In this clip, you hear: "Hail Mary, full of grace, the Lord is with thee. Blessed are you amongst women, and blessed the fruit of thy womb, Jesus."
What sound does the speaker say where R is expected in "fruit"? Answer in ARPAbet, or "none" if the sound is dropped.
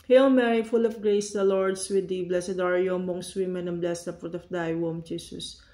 none